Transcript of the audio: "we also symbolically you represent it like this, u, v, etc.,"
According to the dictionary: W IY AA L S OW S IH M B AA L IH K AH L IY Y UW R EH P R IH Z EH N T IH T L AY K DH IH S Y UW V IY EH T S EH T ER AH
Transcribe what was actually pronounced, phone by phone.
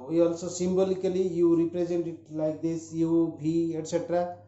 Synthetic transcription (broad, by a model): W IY AA L S OW S IH M B AA L IH K AH L IY Y UW R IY P R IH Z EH N T IH T L AY K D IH S Y UW B IY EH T S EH T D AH